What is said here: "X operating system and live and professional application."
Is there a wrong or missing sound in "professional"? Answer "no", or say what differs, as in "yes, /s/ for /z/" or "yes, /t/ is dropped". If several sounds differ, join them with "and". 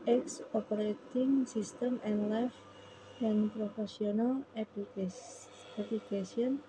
yes, /s/ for /ʃ/